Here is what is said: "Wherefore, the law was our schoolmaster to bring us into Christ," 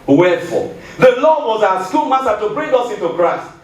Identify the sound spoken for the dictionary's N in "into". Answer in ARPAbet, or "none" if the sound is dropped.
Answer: N